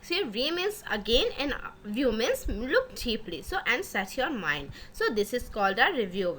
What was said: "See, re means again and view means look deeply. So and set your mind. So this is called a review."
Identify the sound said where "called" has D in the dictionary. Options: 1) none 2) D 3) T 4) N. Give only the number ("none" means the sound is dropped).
2